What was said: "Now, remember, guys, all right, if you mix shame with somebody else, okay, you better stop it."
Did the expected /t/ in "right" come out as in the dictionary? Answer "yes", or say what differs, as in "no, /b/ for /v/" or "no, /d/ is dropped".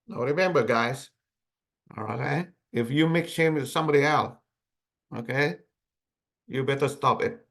no, /t/ is dropped